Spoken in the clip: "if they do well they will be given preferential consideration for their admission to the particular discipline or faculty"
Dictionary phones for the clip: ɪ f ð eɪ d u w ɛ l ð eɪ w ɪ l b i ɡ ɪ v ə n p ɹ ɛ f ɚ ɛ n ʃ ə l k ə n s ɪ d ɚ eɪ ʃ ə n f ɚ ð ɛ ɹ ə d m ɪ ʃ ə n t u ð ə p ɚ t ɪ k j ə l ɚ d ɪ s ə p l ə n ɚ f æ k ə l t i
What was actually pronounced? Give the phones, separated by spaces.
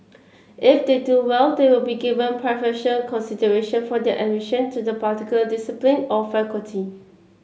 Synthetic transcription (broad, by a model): ɪ f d eɪ d u w ɛ l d eɪ w ɪ l b i ɡ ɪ v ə n p ɹ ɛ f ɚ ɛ ʃ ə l k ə n s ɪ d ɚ eɪ ʃ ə n f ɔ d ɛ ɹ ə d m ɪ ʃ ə n t u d ə p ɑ t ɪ k j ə l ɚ d ɪ s ə p l ə n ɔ f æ k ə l t i